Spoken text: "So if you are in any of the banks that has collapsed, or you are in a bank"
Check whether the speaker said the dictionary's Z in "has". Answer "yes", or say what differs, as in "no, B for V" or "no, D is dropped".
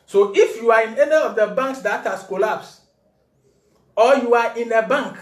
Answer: no, S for Z